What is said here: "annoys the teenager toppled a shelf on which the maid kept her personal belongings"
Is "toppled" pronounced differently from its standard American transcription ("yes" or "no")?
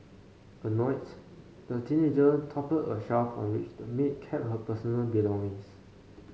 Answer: yes